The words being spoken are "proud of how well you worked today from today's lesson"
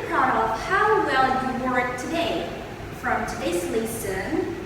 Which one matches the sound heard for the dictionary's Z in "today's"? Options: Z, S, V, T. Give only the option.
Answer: S